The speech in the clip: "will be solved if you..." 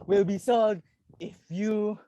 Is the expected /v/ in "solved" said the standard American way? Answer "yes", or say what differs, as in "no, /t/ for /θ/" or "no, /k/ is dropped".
no, /v/ is dropped